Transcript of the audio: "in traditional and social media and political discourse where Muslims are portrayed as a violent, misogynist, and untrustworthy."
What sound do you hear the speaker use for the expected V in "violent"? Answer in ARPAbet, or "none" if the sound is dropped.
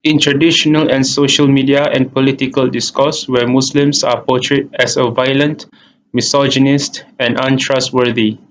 V